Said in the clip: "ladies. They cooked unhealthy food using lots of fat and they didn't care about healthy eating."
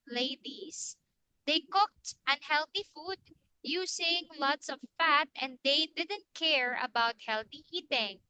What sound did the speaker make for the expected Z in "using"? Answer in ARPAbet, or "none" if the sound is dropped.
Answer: S